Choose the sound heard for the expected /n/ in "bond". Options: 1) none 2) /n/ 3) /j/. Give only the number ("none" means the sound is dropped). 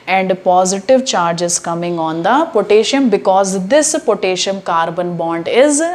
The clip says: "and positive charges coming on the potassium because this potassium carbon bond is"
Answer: 2